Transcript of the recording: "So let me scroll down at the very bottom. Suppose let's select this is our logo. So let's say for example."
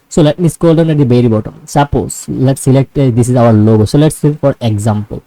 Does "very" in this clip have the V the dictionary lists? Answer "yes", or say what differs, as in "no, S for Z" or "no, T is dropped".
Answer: no, B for V